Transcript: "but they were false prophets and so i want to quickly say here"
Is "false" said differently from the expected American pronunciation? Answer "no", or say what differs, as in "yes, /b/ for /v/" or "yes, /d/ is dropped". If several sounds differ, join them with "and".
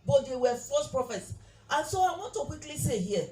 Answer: yes, /l/ is dropped